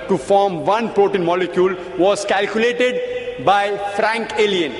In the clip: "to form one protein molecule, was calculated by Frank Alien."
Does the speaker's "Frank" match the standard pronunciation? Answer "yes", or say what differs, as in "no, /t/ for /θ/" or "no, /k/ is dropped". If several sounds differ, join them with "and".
yes